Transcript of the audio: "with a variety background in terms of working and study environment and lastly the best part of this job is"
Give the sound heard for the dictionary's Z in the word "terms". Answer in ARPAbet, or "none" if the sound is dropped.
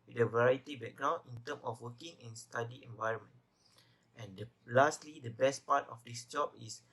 none